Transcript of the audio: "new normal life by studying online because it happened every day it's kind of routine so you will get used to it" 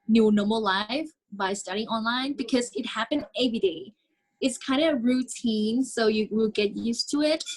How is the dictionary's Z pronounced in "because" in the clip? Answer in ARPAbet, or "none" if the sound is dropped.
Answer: Z